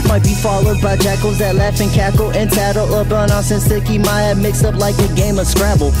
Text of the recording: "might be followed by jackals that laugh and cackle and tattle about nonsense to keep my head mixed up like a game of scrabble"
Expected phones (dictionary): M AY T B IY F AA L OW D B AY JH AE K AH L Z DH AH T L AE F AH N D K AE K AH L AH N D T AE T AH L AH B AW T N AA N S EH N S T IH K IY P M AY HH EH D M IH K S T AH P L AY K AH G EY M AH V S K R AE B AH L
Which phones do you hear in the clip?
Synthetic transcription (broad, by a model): M AY T B IY F AA L OW D B AY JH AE K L Z DH AH T L AE F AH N K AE K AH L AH N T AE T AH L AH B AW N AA S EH N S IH K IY M AY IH M IH K S AH P L AY K AH G EY M AH V S K R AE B L